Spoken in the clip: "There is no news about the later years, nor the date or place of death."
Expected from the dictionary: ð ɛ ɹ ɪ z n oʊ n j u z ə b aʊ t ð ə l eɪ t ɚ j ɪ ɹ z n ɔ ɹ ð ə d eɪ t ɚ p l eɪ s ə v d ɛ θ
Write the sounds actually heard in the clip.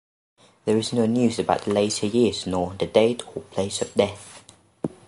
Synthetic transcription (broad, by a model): ð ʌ ɹ ɪ z n oʊ n j u z ə b aʊ t ð ə l eɪ t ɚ j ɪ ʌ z n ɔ ð ə d eɪ t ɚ p l eɪ s ə v d ɛ θ